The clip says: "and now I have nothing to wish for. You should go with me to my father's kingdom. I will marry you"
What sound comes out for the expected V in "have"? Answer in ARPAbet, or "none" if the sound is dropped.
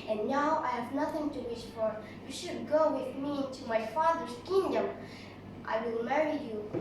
V